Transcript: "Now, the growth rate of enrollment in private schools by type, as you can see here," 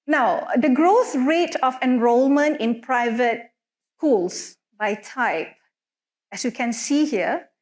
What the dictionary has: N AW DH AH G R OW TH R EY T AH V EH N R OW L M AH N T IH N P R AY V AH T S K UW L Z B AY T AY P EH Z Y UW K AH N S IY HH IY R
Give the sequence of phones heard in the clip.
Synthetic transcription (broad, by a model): N AW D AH G R OW TH R EY T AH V EH N R OW L M AH N T IH N P R AY V AH T S K UW L S B AY T AY P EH S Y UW K AH N S IY HH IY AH